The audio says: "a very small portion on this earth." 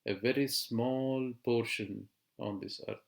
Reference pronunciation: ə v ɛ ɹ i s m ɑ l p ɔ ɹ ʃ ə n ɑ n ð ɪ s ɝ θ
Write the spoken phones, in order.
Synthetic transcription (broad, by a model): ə v ɛ ɹ i s m ɑ l p ɔ ɹ ʃ ə n ɑ n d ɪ s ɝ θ